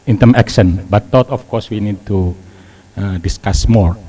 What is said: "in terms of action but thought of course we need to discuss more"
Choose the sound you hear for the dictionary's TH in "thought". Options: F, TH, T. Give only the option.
T